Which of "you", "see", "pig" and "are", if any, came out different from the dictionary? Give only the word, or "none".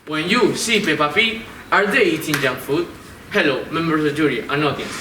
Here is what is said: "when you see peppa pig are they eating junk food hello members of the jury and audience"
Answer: pig